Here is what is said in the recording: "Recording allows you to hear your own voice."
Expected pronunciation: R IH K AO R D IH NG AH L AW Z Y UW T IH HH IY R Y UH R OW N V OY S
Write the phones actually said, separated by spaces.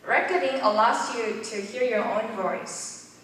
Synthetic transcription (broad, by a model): R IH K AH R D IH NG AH L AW S Y UW T IH HH IY R Y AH R OW N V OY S